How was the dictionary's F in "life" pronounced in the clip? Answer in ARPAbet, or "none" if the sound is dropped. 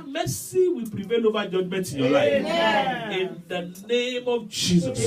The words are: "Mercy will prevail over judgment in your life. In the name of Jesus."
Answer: none